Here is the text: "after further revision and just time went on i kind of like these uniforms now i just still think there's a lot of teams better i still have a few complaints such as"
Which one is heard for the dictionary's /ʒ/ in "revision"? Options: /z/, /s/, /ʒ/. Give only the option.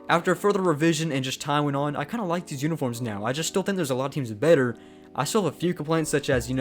/ʒ/